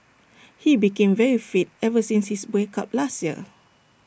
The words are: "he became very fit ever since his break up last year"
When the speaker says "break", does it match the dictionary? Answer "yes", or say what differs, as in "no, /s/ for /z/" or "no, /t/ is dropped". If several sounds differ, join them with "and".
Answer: no, /ɹ/ is dropped